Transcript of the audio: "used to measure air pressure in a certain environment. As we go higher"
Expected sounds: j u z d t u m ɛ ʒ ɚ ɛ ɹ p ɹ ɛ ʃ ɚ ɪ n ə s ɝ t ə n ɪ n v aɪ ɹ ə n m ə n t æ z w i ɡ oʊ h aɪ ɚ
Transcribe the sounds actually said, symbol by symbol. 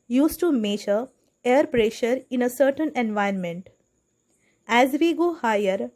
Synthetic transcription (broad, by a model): j u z t u m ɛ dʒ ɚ ɛ ɹ p ɹ ɛ ʃ ɚ ɪ n ə s ɝ t ə n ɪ n v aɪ ə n m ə n t æ z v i ɡ oʊ h aɪ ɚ